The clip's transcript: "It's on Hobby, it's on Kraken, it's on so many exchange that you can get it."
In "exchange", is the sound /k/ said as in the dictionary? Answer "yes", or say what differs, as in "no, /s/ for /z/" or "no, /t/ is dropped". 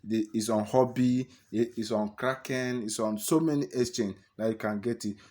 no, /k/ is dropped